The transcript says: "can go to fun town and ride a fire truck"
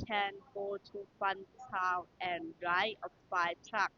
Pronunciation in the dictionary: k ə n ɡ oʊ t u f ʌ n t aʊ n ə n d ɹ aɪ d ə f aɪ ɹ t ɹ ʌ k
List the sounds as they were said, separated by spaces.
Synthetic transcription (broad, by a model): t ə n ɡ oʊ t u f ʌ n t aʊ ə n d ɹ aɪ ə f aɪ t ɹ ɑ k